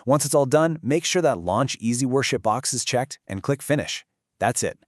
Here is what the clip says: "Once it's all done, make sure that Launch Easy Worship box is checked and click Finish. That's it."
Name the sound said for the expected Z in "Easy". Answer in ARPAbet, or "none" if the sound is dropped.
Z